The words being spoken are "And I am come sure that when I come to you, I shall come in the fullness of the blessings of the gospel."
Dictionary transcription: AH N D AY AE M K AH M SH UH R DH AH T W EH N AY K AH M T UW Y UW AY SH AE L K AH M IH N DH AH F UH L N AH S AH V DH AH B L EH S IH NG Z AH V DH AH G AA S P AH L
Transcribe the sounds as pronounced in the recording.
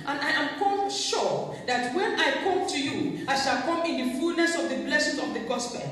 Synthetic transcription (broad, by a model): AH N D AY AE M K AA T SH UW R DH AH T W EH N AY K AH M T UW Y UW AY SH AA L K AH M IH N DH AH F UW L N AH S AH V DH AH B L EH S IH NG AH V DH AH G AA S P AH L